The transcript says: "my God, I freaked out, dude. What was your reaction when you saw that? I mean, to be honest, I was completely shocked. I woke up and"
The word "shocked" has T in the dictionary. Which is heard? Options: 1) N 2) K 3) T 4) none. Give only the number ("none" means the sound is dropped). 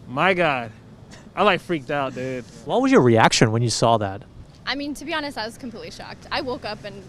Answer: 3